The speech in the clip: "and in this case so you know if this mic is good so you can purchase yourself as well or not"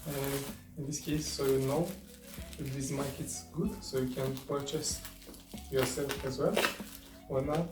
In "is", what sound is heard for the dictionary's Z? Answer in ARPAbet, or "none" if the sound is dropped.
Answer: S